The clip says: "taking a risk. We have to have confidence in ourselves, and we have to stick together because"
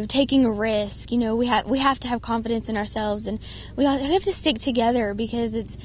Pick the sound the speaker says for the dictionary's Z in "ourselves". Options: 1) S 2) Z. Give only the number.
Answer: 2